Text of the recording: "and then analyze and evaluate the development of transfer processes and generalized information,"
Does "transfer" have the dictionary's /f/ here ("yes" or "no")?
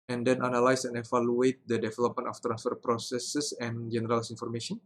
yes